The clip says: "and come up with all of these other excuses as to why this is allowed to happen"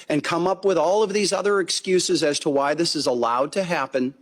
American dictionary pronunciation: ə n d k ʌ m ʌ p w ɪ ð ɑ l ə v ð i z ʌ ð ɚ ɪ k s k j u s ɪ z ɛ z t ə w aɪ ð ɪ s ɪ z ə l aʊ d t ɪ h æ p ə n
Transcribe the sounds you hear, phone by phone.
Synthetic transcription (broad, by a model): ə n k ʌ m ʌ p w ɪ ð ɑ l ə v ð i z ʌ ð ɚ ɪ k s k j u s ɪ z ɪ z t ə w aɪ ð ɪ s ɪ z ə l aʊ d t ɪ h æ p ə n